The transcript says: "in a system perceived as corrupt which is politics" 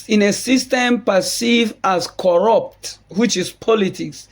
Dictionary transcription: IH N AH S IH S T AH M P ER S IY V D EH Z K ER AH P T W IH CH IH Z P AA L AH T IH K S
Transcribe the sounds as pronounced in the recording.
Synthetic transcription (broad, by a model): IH N AH S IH S T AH M P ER S IY V AA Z K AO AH P T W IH CH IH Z P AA L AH T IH K S